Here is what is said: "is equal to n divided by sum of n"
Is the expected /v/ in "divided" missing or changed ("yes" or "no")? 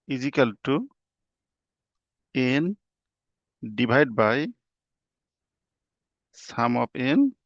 yes